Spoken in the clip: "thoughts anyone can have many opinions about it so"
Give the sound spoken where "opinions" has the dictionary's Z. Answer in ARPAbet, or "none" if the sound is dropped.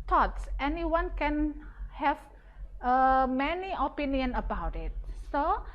none